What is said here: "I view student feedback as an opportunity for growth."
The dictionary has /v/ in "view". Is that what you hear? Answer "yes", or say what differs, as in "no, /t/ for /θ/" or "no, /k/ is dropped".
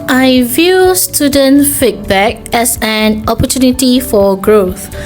yes